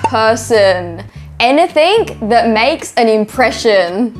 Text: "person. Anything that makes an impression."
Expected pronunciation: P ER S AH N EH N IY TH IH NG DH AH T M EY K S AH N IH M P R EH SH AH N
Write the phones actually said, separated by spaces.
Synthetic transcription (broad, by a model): P ER S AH N EH N IY TH IH NG DH AH T M EY K S AH N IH M P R EH SH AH N